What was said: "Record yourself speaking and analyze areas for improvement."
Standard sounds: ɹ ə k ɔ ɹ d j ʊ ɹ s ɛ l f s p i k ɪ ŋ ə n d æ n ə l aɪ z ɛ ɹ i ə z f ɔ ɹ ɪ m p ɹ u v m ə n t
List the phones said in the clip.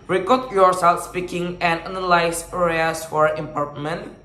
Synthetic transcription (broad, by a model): ɹ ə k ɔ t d j ʊ ɹ s ɛ l f s p i k ɪ ŋ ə n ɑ n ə l aɪ s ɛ ɹ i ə s f ɔ ɹ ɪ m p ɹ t m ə n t